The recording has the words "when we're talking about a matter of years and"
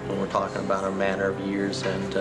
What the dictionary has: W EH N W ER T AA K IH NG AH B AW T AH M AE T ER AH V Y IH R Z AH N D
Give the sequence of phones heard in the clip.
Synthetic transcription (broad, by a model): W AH N W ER T AA K IH NG AH B AW T AH M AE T ER AH V Y IH R Z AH N